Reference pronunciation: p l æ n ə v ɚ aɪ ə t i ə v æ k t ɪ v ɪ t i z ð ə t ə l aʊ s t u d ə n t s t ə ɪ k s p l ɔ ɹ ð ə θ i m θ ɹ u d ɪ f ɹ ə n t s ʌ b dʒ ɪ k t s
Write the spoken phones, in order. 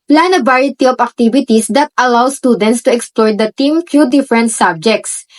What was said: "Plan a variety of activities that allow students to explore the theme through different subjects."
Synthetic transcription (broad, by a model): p l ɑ n ə b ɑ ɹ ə t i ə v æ k t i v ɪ t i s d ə t ə l aʊ s t u d ə n t s t ə ɪ k s p l ɔ ɹ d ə t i m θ ɹ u d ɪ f ɹ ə n t s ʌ b dʒ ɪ k t s